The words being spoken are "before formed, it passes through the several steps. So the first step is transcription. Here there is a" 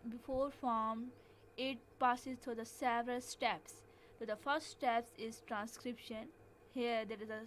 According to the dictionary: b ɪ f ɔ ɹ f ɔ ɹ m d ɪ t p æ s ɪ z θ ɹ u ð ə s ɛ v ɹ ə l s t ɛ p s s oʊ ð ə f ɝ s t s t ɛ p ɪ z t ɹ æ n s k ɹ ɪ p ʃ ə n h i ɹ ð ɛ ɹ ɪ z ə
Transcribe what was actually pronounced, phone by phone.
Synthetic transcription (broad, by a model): b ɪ f ɔ ɹ f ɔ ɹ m ɪ t p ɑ s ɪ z t ɹ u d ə s ɛ v ɹ ə l s t ɛ p s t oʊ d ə f ɝ s t s t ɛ p ɪ z t ɹ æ n s k ɹ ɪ p ʃ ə n h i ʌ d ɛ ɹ ɪ z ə